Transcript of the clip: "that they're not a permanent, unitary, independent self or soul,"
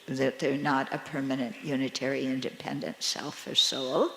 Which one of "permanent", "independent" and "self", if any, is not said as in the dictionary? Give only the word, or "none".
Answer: none